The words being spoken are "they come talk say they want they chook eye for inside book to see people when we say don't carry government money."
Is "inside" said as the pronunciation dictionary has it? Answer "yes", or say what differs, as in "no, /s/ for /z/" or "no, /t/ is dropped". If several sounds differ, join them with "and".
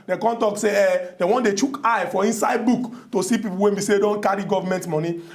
yes